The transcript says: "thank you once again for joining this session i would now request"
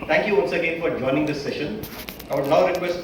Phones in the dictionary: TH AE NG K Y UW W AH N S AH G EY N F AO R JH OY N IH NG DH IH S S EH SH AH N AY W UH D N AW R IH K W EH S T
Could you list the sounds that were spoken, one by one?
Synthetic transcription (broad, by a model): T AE NG K Y UW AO L S AH G EY N F AO R JH OY N IH NG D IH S S EH SH AH N AY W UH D N AW R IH K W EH S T